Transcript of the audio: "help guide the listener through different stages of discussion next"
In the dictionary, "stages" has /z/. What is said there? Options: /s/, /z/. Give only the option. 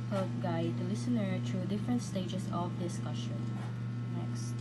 /s/